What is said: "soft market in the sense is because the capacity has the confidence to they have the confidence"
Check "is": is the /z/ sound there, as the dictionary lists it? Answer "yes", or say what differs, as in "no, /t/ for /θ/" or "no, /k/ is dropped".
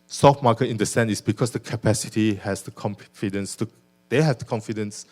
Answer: no, /s/ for /z/